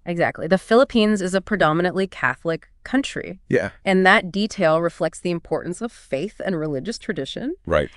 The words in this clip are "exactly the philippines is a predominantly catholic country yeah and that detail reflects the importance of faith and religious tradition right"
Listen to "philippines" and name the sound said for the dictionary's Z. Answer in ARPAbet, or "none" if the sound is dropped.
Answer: Z